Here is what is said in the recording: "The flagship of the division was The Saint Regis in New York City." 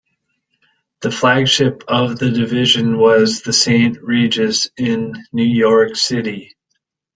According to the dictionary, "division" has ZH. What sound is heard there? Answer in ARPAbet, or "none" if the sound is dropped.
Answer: ZH